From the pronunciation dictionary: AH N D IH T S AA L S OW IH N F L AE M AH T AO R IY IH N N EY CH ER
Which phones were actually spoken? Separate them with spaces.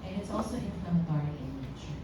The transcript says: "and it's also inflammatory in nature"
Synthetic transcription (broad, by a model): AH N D IH T S AA L S OW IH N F AH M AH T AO R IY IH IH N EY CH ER